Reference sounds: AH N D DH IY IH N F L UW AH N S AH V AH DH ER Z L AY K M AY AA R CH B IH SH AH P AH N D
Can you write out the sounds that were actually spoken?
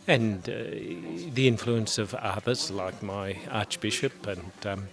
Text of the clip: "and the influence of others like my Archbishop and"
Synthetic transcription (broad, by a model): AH N DH IY IH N F L UW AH N S AH V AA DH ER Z L AY K M AY AA R CH B IH SH AH P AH N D